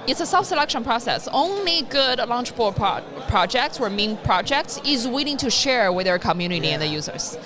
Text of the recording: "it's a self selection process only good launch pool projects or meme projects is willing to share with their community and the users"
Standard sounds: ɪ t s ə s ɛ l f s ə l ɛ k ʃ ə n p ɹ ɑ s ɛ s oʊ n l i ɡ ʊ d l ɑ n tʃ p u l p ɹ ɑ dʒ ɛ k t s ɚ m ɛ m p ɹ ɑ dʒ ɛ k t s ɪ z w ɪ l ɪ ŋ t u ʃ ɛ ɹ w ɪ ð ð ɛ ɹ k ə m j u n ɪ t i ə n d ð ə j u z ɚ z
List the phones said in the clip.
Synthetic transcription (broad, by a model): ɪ t s ə s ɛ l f s ə l ɛ k ʃ ə n p ɹ ɑ s ɛ s oʊ n l i ɡ ʊ d l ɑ n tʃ b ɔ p p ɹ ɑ dʒ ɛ k t s ɚ m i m p ɹ ɑ dʒ ɛ k t s ɪ z w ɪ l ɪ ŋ t u ʃ ɛ ɹ w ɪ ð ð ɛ ɹ k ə m j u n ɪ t i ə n ð ə j u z ɚ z